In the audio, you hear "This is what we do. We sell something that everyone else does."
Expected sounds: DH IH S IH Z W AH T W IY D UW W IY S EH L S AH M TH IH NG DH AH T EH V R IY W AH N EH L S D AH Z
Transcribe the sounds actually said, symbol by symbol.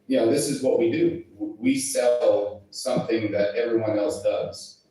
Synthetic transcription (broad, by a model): DH IH S IH Z W AH T W IY D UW W IY S EH L S AH M TH IH NG DH AH T EH V R IY W AH N EH L S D AH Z